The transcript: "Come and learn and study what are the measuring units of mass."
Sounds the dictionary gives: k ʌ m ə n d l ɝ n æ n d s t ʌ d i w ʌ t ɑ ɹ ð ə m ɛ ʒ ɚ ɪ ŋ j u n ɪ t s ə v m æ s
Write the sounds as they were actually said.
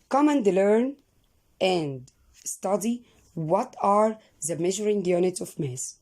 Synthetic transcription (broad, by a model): k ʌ m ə n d l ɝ n æ n d s t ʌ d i w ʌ t ɑ ɹ ð ə m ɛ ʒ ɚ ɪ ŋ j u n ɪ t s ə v m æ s